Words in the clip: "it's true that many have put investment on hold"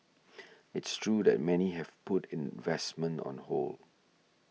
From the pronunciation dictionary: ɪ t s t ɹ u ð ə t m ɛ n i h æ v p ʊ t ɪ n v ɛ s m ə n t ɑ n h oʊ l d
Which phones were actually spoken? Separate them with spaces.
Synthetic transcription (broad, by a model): ɪ t s t ɹ u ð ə t m ɛ n i h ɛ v p ʊ t ɪ n v ɛ s m ə n t ɑ n h oʊ l